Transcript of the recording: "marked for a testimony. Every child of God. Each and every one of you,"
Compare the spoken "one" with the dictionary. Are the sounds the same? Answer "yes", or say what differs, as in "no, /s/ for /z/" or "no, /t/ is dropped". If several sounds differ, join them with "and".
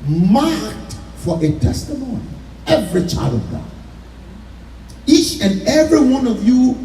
yes